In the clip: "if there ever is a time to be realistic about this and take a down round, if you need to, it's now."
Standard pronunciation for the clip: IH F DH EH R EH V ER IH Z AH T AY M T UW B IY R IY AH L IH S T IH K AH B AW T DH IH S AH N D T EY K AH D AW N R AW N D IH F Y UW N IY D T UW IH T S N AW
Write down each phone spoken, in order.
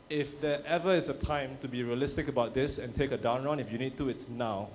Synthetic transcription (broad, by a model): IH F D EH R EH V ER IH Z AH T AY M T UW B IY R IY AH L IH S T IH K AH B AW T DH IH S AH N T EY K AH D AW N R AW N IH F Y UW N IY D T UW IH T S N AW